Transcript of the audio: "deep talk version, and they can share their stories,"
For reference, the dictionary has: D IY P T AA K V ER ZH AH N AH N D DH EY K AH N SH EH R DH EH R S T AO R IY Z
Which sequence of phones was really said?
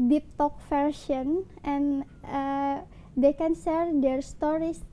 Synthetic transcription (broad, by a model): D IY P T AA K F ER SH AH N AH N D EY K AH N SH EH R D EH R S T AO R IY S